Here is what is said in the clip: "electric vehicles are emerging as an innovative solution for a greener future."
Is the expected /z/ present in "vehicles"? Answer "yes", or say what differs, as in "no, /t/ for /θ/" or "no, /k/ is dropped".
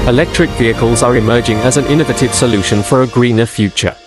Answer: yes